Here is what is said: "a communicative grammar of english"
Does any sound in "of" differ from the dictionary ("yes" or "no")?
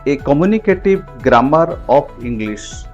yes